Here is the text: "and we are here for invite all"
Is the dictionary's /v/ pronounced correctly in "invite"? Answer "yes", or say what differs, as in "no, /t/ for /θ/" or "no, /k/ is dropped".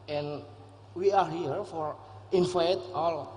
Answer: no, /f/ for /v/